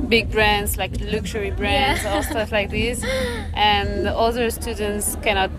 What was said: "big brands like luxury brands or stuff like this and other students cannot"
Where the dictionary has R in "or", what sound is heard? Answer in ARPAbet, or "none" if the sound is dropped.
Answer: L